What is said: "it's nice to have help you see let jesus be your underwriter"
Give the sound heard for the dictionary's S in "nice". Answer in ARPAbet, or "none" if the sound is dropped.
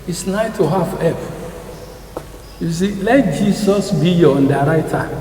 none